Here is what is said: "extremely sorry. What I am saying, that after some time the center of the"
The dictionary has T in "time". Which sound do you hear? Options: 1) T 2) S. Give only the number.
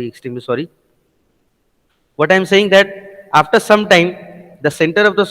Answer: 1